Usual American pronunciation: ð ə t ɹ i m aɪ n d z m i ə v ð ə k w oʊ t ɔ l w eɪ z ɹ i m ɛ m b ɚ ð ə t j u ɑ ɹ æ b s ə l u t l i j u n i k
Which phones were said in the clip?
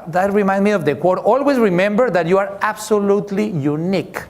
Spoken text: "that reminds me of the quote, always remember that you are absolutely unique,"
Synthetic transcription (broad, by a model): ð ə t ɹ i m aɪ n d m i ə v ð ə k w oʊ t ɔ l w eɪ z ɹ i m ɛ m b ɚ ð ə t j u ɑ ɹ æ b s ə l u t l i j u n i k